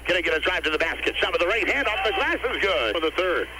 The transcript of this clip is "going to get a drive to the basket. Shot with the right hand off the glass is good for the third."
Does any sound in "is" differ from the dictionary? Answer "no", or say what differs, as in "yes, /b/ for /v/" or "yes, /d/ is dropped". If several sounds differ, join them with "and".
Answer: no